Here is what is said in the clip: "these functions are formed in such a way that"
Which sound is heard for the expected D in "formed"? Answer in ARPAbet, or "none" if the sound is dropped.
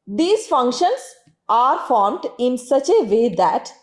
D